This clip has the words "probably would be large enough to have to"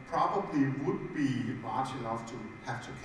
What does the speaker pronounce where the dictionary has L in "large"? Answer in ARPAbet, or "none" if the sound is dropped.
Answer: W